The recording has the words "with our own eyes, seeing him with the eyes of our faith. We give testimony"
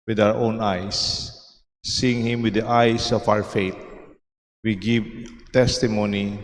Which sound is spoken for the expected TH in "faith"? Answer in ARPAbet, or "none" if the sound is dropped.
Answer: T